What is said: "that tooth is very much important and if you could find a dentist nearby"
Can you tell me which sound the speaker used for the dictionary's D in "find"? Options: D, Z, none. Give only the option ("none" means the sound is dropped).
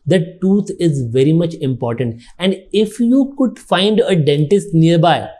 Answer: D